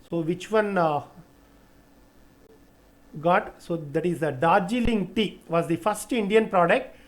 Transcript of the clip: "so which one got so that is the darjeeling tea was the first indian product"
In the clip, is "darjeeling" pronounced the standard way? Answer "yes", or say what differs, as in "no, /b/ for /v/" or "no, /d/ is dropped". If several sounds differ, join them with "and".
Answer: yes